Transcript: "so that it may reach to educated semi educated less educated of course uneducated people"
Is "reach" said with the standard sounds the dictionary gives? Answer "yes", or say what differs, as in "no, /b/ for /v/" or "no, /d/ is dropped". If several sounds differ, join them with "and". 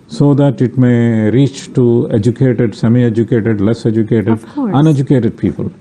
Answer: yes